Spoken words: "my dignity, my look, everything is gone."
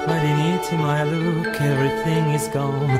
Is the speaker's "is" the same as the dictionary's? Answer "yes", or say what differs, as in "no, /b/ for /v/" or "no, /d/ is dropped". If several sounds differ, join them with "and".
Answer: yes